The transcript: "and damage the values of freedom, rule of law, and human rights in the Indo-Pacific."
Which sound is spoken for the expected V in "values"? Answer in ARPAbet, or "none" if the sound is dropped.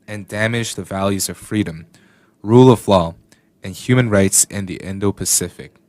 V